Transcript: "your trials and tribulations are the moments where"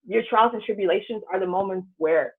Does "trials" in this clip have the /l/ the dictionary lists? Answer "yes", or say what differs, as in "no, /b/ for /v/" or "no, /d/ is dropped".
yes